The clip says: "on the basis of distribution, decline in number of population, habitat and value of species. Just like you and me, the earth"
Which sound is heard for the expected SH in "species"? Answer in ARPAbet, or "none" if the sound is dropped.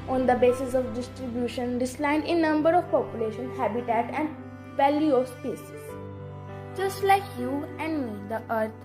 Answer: S